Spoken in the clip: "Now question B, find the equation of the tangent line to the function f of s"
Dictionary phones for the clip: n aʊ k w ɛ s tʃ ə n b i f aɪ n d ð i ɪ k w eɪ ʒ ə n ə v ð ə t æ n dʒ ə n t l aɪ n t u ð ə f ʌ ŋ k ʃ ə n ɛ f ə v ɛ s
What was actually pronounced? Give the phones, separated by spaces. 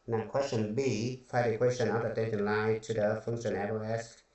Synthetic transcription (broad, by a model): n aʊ k w ɛ s tʃ ə n b i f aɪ d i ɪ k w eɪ ʃ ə n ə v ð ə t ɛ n ʃ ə n l aɪ t u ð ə f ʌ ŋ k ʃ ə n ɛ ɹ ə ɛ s